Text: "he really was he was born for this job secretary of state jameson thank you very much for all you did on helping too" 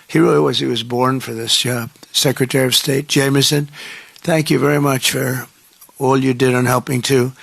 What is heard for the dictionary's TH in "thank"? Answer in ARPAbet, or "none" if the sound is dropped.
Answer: TH